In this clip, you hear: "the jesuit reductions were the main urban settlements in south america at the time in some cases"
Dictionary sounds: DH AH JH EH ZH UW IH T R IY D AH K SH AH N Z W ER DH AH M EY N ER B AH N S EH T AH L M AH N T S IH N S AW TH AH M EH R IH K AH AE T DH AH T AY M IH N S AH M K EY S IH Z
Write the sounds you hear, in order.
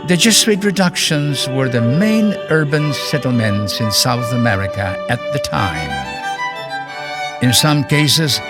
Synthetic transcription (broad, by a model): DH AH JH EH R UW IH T R IY D AH K SH AH N Z W ER DH AH M EY N ER B AH N S EH T L M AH N T S IH N S AW TH AH M EH R IH K AH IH T DH AH T AY M IH N S AH M K EY S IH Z